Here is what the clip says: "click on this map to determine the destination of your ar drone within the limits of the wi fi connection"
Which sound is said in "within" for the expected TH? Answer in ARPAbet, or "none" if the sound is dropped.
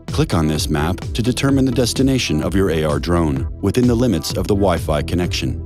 TH